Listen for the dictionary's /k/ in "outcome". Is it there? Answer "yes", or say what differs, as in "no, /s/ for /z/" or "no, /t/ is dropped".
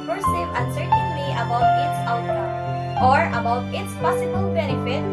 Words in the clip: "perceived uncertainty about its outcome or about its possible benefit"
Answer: no, /k/ is dropped